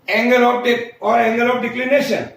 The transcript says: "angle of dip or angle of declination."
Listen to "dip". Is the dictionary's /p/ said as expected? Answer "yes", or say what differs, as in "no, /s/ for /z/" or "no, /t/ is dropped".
no, /p/ is dropped